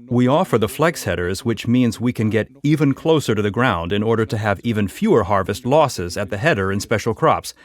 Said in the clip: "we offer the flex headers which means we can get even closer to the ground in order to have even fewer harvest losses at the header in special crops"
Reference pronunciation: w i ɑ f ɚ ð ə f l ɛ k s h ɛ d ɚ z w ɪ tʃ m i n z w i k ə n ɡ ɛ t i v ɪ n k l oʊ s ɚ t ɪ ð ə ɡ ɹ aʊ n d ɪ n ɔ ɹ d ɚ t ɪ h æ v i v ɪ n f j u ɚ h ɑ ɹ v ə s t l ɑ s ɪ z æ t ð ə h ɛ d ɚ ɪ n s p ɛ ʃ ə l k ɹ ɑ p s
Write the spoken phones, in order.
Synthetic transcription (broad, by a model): w i ɑ f ɚ ð ə f l ɛ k s h ɛ d ɚ z w ɪ tʃ m i n z w i k ə n ɡ ɛ t i v ɪ n k l oʊ s ɚ t ɪ ð ə ɡ ɹ aʊ n d ɪ n ɔ ɹ d ɚ t ɪ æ v i v ɪ n f j u ɚ h ɑ ɹ v ə s t l ɑ s ɪ z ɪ t ð ə h ɛ d ɚ ɪ n s p ɛ ʃ l k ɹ ɑ p s